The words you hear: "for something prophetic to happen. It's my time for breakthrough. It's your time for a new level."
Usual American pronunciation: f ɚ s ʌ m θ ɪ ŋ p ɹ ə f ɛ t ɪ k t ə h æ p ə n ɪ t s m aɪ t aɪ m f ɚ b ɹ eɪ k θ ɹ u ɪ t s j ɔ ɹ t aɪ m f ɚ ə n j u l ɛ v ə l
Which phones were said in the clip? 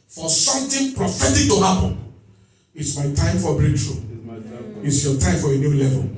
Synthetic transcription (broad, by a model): f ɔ s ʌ m t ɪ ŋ p ɹ ə f ɛ t ɪ k t ə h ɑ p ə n ɪ t s m aɪ t aɪ m f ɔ b ɹ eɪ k t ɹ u ɪ t s j ɔ t aɪ m f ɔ ə n j u l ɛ v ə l